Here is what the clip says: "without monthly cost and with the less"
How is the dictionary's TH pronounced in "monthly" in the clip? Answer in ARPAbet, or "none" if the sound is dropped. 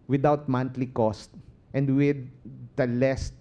T